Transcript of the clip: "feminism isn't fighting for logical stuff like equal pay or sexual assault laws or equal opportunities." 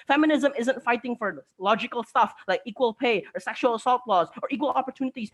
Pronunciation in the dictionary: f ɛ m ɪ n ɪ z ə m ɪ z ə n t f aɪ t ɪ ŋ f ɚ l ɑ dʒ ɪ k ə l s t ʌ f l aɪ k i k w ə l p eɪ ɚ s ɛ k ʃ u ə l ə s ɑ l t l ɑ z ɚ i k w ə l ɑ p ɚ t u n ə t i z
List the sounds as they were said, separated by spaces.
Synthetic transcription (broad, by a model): f ɛ m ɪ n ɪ z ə m ɪ z ə n t f aɪ t ɪ ŋ f ɚ l ɑ dʒ ɪ k ə l s t ʌ f l aɪ k i k w ə l p eɪ ɚ s ɛ k ʃ u ə l ə s ɑ l t l ɑ z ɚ i k w ə l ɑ p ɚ t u n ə t i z